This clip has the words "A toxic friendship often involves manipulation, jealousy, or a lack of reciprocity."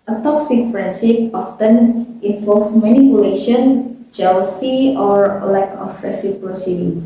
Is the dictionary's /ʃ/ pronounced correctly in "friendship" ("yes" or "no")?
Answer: no